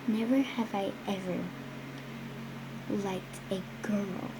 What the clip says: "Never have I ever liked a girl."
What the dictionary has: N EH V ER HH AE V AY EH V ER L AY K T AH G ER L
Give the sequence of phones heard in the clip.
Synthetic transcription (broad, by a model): N EH V ER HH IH V AY EH V ER L AY K T AH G ER L